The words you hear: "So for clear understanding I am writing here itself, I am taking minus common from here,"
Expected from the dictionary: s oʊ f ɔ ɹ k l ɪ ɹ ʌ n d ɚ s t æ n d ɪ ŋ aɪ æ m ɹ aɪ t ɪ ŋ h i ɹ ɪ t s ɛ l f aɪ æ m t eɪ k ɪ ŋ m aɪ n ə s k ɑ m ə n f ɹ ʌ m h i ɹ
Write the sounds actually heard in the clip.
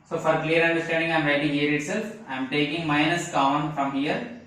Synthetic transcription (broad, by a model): s oʊ f ɔ ɹ k l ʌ ɹ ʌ n d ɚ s t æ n d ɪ ŋ aɪ m ɹ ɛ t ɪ h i ɹ ɪ t s ɛ l f aɪ m t eɪ k ɪ ŋ m aɪ n ə s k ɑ ə n f ɹ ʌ m h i ɹ